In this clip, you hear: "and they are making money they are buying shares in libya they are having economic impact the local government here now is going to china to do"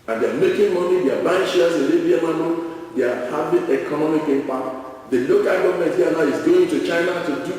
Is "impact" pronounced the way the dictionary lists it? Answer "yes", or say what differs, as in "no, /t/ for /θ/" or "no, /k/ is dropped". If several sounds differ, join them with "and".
no, /k/ is dropped